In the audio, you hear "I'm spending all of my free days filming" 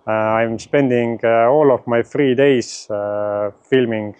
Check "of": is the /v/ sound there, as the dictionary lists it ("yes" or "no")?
no